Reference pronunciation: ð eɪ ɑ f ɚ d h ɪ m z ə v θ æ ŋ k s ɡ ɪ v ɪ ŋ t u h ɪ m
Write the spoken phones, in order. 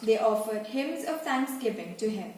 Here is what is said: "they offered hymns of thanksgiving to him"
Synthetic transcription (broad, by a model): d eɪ ɑ f ɚ d h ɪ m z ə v t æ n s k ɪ p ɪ ŋ t u h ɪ m